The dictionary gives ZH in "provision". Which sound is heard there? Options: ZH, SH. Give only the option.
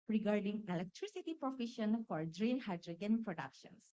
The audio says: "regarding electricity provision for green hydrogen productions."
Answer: SH